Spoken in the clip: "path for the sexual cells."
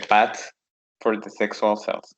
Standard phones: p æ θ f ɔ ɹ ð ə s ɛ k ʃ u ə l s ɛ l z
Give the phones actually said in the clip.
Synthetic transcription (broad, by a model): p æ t f ɔ ɹ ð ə s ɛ k s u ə l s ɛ l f